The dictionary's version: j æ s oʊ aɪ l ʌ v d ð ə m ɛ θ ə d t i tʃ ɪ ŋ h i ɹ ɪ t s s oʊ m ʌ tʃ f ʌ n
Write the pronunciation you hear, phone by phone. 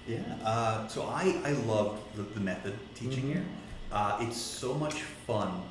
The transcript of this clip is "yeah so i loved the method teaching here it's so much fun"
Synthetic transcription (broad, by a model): j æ s oʊ aɪ l ʌ v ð ð ə m ɛ θ ə d t i tʃ ɪ ŋ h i ɹ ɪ t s s oʊ m ʌ tʃ f ʌ n